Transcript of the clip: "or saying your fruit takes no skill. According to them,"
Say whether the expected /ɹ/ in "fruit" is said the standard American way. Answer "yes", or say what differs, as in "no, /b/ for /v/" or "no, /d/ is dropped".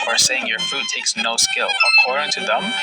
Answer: no, /ɹ/ is dropped